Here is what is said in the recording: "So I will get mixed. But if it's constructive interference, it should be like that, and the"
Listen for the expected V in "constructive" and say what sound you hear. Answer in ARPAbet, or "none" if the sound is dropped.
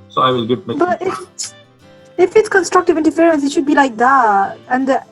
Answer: V